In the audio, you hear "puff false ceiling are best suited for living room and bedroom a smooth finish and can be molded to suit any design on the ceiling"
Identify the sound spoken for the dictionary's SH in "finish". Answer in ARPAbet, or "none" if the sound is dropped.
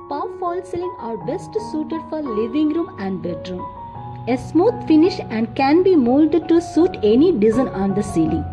SH